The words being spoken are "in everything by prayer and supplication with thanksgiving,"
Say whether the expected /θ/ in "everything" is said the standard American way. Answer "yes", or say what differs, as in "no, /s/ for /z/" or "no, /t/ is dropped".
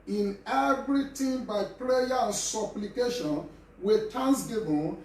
no, /t/ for /θ/